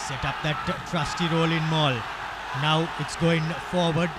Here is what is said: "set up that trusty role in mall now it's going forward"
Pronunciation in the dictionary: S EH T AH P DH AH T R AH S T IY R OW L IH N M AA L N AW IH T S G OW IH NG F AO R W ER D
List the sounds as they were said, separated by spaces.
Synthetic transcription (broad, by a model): S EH T AH P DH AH T R AH S T IY R OW L IH N M AA L N AW IH T S G OW IH NG F AO R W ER D